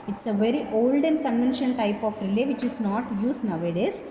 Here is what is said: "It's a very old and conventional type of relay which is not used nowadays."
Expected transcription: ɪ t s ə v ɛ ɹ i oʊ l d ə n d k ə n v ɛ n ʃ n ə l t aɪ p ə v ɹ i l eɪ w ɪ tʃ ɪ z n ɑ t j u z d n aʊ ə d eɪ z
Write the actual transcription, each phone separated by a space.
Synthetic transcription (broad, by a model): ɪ t s ə v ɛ ɹ i oʊ l d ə n k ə n v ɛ n ʃ ə n t aɪ p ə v ɹ i l eɪ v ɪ tʃ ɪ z n ɑ t j u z n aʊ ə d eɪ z